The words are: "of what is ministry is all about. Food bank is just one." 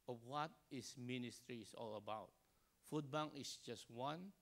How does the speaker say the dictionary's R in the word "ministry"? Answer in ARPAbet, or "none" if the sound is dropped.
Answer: R